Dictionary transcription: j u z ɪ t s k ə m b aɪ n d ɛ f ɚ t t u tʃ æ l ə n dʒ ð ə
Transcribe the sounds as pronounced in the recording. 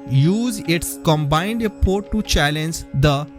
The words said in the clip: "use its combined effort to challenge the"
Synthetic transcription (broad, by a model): j u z ɪ t s k ə m b aɪ n d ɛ p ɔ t t u tʃ æ l ə n dʒ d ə